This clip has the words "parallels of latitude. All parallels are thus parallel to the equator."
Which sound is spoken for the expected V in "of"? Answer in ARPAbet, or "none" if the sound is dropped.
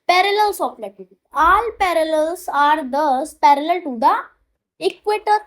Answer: P